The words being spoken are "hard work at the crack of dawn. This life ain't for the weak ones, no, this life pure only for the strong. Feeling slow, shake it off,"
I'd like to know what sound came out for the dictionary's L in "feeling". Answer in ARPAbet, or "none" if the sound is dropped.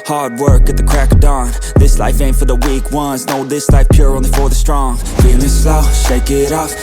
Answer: N